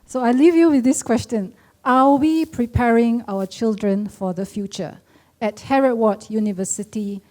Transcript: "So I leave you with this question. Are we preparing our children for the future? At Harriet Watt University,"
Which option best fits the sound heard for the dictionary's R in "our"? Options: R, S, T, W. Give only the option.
W